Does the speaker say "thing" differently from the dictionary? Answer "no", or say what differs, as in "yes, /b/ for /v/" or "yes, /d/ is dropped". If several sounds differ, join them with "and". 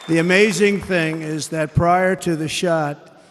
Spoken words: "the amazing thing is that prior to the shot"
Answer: no